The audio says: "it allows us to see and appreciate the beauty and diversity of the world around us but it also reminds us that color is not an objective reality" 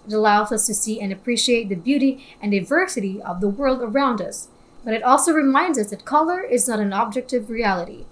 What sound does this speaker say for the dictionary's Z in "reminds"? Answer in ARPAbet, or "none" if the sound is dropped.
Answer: Z